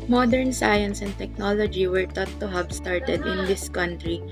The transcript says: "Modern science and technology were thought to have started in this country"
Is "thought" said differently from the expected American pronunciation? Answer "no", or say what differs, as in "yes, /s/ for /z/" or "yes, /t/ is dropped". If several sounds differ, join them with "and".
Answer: yes, /t/ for /θ/